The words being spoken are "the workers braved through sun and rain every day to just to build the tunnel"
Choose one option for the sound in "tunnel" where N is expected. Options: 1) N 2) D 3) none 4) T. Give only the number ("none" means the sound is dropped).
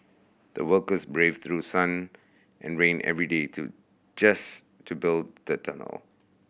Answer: 1